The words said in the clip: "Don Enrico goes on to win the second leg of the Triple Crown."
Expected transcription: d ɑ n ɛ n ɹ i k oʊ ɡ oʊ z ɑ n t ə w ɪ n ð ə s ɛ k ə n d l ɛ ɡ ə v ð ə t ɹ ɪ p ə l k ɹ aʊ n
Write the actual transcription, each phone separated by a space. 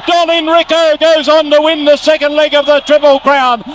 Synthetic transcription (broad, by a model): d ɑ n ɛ n ɹ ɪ k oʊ ɡ oʊ z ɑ n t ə w ɪ n ð ə s ɛ k ə n d l ɛ ɡ ə v ð ə t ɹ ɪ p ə l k ɹ aʊ n